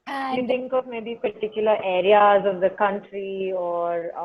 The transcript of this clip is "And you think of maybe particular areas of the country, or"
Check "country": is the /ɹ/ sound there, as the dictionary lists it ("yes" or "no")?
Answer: yes